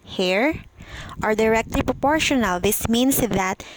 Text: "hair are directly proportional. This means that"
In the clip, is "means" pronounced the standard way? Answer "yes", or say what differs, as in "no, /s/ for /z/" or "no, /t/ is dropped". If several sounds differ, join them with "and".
no, /s/ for /z/